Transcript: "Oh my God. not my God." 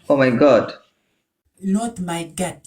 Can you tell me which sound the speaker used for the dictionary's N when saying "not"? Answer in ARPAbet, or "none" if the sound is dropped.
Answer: L